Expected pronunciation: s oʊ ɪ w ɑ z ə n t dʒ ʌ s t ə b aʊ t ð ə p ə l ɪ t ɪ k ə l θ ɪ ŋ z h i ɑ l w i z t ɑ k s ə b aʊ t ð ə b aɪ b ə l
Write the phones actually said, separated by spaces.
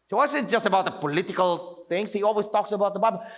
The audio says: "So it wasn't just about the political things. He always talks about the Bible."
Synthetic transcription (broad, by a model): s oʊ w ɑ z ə t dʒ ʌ s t ə b aʊ t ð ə p ə l ɪ t ɪ k ə l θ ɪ ŋ s h i ɑ l w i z t ɑ k s ə b aʊ t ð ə b aɪ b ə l